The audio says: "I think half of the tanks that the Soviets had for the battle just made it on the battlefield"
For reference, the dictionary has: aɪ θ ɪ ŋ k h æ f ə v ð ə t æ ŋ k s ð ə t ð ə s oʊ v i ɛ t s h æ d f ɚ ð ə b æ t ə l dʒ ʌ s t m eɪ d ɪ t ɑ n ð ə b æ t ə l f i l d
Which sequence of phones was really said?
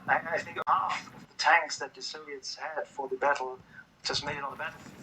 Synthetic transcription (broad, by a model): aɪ θ ɪ ŋ k h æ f ə v ð ə t æ ŋ k s ð ə t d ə s oʊ v i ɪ t s h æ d f ɚ ð ə b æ t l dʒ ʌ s m eɪ d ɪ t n ð ə b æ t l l